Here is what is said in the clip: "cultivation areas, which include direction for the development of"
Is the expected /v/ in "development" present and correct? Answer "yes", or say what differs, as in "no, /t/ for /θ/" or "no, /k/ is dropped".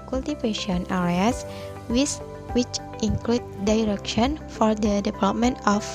no, /p/ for /v/